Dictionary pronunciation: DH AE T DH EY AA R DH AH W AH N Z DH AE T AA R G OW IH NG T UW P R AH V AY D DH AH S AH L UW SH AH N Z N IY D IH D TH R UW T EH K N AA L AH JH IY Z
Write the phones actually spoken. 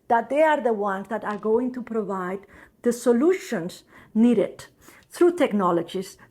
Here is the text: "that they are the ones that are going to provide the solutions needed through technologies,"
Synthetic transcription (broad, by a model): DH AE T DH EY AA R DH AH W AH N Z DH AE T AA R G OW IH NG T UW P R AH V AY D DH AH S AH L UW SH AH N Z N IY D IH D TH R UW T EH K N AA L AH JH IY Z